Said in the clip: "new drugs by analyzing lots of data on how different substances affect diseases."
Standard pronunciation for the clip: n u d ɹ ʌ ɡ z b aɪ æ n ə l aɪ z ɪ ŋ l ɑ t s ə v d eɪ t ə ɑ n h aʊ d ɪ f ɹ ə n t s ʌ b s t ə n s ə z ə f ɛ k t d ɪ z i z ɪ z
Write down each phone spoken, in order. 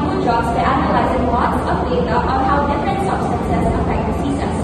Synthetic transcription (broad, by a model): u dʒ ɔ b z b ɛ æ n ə l aɪ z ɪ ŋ w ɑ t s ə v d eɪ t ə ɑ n h aʊ d ɪ f ɹ ə n t s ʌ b s t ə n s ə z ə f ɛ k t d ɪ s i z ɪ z